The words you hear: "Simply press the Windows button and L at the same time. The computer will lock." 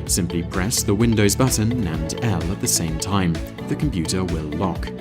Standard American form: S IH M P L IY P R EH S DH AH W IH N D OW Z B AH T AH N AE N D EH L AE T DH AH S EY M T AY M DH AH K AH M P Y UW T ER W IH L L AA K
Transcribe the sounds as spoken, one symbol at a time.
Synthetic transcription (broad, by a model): S IH M P L IY P R EH S DH AH W IH N D OW Z B AH T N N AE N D EH L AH T DH AH S EY M T AY M DH AH K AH M P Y UW T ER W IH L L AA K